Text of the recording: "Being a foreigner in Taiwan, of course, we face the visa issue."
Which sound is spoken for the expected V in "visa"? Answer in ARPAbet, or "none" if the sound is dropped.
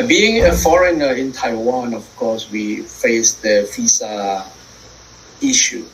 F